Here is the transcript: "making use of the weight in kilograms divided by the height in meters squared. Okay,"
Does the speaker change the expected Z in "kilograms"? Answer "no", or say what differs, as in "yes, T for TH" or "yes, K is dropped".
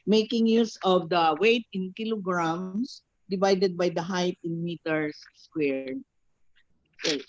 yes, S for Z